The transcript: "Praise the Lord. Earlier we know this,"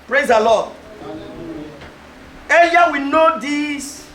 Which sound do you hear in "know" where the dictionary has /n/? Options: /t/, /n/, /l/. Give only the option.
/n/